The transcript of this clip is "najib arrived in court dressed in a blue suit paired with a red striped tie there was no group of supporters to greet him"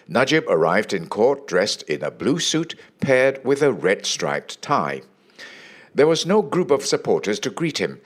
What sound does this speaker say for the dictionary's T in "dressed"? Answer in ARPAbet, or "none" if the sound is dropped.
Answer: T